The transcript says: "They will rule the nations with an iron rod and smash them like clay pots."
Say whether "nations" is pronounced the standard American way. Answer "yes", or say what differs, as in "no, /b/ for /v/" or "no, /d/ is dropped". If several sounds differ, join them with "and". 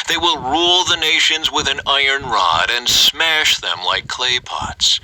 yes